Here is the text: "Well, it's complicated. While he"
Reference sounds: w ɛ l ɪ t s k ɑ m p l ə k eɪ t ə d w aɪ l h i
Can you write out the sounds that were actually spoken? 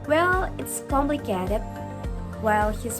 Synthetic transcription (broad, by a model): w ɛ l ɪ t s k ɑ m b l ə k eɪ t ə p w aɪ l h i